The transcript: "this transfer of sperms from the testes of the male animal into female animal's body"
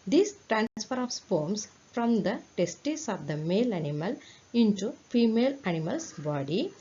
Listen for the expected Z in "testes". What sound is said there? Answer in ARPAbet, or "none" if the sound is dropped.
S